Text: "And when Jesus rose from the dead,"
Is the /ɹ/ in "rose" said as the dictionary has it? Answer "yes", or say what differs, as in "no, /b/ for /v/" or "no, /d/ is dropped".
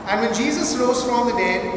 no, /l/ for /ɹ/